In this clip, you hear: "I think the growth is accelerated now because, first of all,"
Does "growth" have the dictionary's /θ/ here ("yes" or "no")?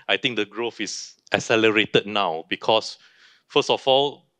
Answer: no